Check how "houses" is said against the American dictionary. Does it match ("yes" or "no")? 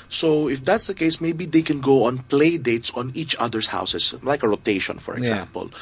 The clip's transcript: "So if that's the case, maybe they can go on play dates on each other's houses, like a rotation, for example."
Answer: no